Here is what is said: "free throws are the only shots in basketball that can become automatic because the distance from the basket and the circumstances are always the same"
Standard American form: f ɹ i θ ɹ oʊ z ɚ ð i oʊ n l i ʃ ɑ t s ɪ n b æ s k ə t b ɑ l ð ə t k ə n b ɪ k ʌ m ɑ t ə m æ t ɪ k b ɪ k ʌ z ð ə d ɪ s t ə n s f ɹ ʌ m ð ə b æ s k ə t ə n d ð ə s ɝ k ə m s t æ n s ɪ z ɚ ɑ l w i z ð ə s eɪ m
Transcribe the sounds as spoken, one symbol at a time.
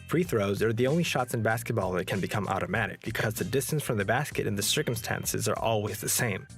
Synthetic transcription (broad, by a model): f ɹ i θ ɹ oʊ z ɚ ð i oʊ n l i ʃ ɑ t s ɪ n b æ s k ə t b ɑ l ð ə t k ə n b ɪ k ʌ m ɑ t ə m æ t ɪ k b ɪ k ʌ z ð ə d ɪ s t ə n s f ɹ ʌ m ð ə b æ s k ə t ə n ð ə s ɝ k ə m s t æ n s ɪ z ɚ ɑ l w i z ð ə s eɪ m